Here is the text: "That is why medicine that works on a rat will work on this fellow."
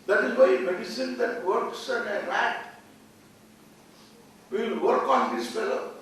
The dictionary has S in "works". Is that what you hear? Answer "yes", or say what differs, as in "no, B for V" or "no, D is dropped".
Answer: yes